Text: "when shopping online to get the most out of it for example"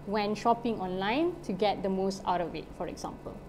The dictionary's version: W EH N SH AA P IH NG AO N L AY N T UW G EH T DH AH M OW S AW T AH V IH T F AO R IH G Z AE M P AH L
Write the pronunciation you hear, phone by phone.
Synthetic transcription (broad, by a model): W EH N SH AA P IH NG AO N L AY N T UW G EH T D AH M OW S AW T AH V IH T F AO R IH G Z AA M P AH L